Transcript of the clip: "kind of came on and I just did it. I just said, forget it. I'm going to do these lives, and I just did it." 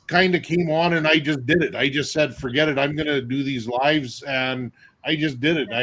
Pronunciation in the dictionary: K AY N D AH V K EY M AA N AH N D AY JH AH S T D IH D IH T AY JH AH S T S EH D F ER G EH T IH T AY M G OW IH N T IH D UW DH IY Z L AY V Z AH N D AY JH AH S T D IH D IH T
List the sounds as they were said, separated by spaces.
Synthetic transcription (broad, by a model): K AY N D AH K EY M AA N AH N AY JH AH S D IH D IH T AY JH AH S T S EH D F ER G EH T IH T AY M G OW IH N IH D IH DH IY Z L AY V Z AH N AY JH AH S D IH D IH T